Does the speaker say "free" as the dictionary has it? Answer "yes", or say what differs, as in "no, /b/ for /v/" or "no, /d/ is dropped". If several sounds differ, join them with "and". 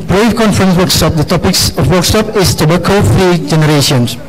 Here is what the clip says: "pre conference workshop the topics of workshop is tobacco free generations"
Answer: no, /ɹ/ is dropped